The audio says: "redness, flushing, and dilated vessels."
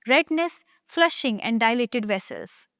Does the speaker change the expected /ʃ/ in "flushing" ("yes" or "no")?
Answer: no